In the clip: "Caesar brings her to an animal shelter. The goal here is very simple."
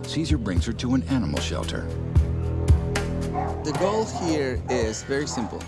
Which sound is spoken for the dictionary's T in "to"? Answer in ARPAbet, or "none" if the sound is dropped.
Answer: T